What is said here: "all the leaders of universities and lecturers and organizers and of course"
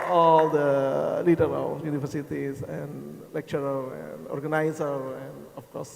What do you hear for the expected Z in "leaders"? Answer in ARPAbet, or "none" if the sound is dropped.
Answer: none